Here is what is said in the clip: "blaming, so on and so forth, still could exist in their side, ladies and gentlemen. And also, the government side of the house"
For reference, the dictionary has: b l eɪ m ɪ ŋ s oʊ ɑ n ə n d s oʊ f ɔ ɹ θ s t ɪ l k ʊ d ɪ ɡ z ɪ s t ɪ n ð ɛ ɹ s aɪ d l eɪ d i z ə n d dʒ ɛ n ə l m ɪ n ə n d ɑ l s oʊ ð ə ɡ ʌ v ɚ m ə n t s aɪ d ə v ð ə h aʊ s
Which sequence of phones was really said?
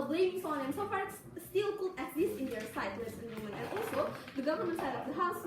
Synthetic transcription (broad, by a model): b l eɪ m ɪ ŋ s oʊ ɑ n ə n s oʊ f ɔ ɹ s s t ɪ l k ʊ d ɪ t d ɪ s ɪ n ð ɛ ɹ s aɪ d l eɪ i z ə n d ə m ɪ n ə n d ɑ l s oʊ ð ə ɡ ʌ v ɚ m ə n t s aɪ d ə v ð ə h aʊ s